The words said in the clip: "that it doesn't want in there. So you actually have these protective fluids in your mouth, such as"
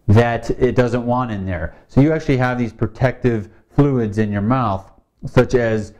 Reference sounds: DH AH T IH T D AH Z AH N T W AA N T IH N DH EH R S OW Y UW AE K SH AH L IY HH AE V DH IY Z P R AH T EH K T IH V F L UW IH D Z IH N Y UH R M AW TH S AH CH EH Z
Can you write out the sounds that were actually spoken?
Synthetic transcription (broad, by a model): DH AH T IH T D AH Z AH N T W AA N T IH N DH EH R S OW Y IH AE K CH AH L IY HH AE V DH IY Z P R AH T EH K T IH V F L UW IH D Z IH N Y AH R M AW TH S AH CH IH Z